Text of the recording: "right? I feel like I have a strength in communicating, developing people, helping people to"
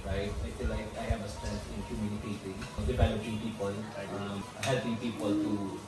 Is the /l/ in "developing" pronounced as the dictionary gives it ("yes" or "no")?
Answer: no